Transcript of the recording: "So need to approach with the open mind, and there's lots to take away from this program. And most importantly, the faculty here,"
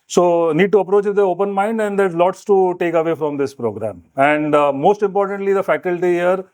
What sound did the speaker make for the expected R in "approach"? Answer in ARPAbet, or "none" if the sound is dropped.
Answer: R